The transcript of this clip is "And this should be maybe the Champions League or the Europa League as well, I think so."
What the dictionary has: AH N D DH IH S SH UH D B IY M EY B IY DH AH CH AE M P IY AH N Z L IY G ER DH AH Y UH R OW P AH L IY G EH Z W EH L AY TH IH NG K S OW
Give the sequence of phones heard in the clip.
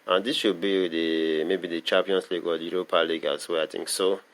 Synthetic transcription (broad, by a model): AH N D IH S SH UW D B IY M EY B IY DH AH CH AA M P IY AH N S L IY G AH Y UH R OW P AH L IY G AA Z W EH AY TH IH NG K S OW